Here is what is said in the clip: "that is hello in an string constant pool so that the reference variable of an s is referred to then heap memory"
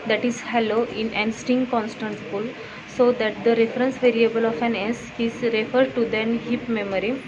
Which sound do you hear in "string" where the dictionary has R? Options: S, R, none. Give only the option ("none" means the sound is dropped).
none